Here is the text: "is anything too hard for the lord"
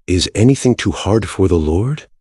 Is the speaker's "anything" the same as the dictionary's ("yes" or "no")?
yes